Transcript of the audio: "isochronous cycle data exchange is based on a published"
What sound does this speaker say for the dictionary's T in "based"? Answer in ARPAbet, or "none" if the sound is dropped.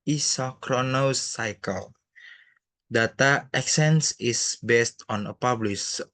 T